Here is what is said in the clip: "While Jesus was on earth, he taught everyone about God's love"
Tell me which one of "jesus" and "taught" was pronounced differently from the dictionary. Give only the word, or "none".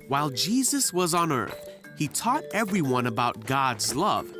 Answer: none